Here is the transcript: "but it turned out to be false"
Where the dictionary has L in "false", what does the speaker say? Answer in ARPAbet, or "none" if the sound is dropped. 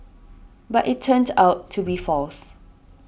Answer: L